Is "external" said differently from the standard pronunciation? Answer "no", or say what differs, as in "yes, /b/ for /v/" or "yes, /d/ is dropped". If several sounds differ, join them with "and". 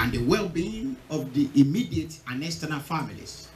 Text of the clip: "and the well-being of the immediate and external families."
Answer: yes, /k/ is dropped